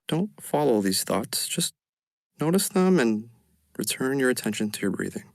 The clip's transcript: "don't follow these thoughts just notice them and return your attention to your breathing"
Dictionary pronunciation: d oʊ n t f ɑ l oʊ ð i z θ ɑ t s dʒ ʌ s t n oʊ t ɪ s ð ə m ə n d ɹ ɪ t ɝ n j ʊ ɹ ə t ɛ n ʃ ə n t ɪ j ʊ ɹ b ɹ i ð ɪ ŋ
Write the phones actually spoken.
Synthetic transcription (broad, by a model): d oʊ n t f ɑ l oʊ ð i z θ ɑ t s dʒ ʌ s t n oʊ t ɪ s ð ə m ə n ɹ ɪ t ɝ n j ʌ ɹ ə t ɛ n ʃ ə n t ɪ j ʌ ɹ b ɹ i ð ɪ ŋ